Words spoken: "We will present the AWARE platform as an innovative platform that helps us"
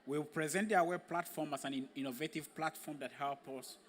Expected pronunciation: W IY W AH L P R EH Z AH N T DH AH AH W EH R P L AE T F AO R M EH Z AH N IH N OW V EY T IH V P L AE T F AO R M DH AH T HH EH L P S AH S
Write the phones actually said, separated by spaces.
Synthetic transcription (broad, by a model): W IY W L P R EH Z AH N T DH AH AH W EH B P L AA T F AO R M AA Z AH N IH N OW V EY T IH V P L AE T F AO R M DH AH T HH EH L P AH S